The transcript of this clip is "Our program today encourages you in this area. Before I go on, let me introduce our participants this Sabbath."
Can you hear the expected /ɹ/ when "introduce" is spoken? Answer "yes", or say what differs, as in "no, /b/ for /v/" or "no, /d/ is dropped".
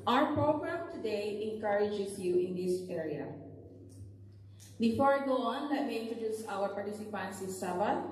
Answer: yes